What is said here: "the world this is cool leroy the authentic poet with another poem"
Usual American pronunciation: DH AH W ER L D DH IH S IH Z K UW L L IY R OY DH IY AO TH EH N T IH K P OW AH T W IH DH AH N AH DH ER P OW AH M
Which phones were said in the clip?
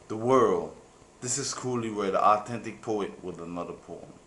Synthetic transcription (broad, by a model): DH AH W ER L D DH IH S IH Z K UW L W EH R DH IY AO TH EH N T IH K P OW AH T W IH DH AH N AH DH ER P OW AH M